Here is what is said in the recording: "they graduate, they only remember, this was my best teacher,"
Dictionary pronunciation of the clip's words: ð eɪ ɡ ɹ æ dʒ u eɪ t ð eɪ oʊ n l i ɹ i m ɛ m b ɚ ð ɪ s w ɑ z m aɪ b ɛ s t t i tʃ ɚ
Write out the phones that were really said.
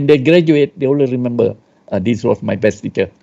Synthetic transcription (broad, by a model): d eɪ ɡ ɹ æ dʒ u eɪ t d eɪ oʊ l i ɹ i m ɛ m b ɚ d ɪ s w ɑ s m aɪ b ɛ s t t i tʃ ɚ